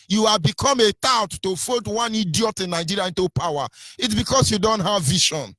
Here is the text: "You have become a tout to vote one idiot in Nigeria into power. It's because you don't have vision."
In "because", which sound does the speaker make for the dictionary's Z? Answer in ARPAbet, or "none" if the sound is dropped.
S